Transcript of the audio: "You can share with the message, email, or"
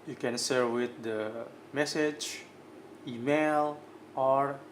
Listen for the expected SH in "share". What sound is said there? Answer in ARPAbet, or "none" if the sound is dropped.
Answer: S